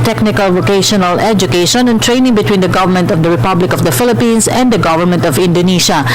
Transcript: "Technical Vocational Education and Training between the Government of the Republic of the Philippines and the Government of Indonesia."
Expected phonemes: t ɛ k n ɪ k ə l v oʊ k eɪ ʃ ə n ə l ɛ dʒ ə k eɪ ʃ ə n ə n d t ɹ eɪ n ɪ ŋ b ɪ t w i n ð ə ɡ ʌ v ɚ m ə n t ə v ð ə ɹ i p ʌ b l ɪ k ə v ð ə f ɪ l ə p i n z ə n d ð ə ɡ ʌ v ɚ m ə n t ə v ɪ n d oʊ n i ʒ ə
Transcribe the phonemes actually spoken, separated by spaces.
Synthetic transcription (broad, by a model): t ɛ k n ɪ k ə l v oʊ k eɪ ʃ ə n ə l ɛ dʒ ə k eɪ ʃ ə n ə n t ɹ eɪ n ɪ ŋ b ɪ t w i n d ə ɡ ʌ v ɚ m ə n t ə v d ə ɹ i p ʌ b l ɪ k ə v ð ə f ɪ l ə p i n s ə n d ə ɡ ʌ v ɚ m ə n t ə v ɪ n d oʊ n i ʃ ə